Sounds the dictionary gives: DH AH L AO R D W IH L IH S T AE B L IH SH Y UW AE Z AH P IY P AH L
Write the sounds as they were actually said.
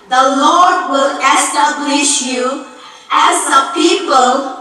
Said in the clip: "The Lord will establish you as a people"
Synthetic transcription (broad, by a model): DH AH L AO R D W IH L IH S T AE B L IH SH Y UW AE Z AH P IY P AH L